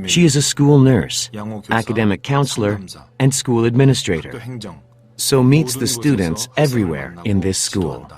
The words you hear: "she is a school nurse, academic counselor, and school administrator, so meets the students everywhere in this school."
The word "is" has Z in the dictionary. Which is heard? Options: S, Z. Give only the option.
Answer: Z